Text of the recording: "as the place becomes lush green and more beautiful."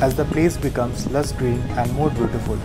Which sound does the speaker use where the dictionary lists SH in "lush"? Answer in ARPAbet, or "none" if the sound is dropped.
S